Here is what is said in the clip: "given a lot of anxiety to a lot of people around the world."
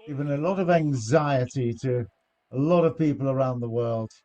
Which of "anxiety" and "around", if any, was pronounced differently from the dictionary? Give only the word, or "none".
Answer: none